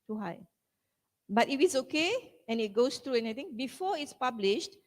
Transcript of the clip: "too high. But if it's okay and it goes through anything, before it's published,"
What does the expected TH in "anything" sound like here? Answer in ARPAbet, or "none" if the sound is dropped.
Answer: T